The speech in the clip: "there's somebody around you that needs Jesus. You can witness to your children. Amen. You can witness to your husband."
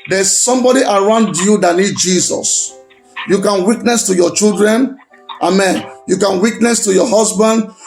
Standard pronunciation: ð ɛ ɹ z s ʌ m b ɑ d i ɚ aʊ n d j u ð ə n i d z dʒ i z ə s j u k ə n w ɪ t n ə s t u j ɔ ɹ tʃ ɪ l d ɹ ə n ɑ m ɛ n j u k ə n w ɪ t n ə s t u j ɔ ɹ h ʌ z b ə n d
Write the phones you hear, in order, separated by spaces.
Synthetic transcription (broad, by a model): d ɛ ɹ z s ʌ m b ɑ d i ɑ aʊ n d j u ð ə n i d dʒ i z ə s j u k ə n w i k n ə s t u j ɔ tʃ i l d ɹ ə n ɑ m ɛ n j u k ə n w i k n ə s t u j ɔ h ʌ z b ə n d